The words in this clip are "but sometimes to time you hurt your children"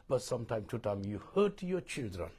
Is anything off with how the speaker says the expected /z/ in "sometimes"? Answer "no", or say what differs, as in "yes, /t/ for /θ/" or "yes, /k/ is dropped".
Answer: yes, /z/ is dropped